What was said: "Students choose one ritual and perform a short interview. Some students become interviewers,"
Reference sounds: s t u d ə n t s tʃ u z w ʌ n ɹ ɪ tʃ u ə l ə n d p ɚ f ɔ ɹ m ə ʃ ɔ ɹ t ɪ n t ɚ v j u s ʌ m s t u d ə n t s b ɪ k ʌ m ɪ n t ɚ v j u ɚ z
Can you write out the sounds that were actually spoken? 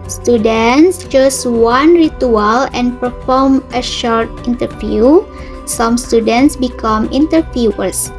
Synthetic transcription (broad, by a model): s t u d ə n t s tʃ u s w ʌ n ɹ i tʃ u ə l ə n p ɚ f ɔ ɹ m ə ʃ ɔ ɹ t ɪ n t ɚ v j u s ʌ m s t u d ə n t s b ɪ k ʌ m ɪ n t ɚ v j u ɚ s